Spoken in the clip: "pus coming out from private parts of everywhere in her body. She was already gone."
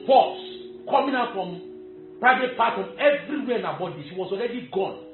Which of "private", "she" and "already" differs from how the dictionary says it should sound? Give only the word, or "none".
she